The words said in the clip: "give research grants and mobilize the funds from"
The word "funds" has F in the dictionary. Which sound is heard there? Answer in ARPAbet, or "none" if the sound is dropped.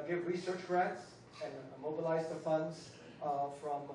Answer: F